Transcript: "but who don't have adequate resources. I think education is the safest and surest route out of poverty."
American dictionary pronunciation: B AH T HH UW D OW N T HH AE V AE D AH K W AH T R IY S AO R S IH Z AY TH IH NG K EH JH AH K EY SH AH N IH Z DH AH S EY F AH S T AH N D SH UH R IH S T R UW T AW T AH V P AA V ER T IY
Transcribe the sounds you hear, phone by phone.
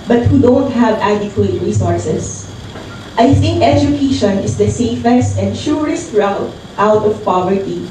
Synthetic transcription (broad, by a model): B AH T HH UW D OW N T HH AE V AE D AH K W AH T R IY S AO R S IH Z AY TH IH NG K EH JH AH K EY SH AH N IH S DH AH S EY F AH S T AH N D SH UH R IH S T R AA T AW T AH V P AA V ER T IY